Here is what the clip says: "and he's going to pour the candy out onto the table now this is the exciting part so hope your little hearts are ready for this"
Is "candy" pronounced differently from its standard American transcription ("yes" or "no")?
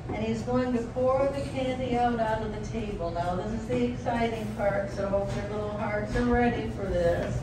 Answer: no